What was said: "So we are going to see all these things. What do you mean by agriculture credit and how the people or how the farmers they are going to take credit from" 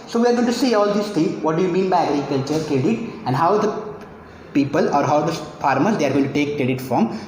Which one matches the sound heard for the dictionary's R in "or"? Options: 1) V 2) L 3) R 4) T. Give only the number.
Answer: 3